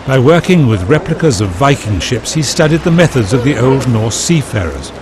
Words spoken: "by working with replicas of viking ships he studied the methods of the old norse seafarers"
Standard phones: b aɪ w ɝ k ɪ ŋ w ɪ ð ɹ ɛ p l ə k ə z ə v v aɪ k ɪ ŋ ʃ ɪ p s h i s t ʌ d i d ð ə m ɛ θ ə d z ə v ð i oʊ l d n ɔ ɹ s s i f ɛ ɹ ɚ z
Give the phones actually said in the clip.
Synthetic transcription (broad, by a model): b aɪ w ɝ k ɪ ŋ w ɪ ð ɹ ɛ p l ə k ə z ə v v aɪ k ɪ ŋ ʃ ɪ p s h i s t ʌ d i d ð ə m ɛ θ ə d z ə v ð i oʊ l d n ɔ ɹ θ s i f ɛ ɹ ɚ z